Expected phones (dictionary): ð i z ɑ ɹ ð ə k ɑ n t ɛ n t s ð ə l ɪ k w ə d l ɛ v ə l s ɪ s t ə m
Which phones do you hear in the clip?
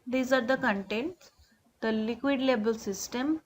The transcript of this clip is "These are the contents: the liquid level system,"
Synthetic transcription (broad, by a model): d i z ɑ ɹ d ə k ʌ n t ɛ n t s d ə l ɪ k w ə d l ɛ b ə l s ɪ s t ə m